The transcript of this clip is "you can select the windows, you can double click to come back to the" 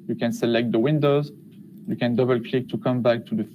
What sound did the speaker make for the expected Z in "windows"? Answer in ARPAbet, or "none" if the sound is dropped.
Z